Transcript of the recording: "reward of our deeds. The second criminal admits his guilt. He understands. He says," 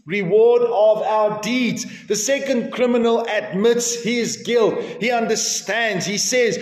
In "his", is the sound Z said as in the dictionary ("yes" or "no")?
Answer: yes